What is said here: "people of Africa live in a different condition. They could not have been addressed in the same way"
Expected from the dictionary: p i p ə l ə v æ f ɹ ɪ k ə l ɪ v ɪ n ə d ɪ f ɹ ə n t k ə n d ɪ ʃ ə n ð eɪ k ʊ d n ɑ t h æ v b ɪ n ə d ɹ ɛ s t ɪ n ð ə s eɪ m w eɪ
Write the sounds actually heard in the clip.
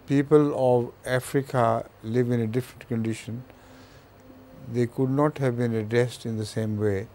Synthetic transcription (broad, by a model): p i p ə l ə v æ f ɹ ɪ k ə l ɪ v ɪ n ə d ɪ f ɹ ə n t k ə n d ɪ ʃ ə n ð eɪ k ʊ d n ɑ t h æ v b ɪ n ə d ɹ ɛ s t ɪ n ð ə s eɪ m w eɪ